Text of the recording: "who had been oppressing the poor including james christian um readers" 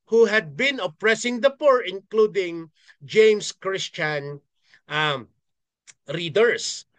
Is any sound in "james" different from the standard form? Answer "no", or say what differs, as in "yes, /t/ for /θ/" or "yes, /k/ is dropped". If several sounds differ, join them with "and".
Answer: yes, /s/ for /z/